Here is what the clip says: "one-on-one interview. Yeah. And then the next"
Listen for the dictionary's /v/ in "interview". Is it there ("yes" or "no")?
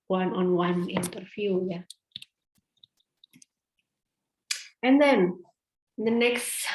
no